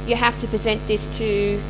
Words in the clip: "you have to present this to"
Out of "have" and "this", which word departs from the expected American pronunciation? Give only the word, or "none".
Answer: have